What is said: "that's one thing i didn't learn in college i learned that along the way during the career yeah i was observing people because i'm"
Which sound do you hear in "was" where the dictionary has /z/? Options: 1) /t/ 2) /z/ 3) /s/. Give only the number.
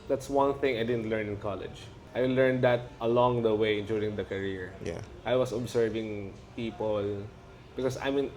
3